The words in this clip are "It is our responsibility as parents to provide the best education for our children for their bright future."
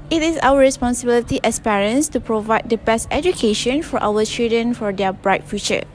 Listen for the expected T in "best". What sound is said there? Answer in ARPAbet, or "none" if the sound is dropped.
T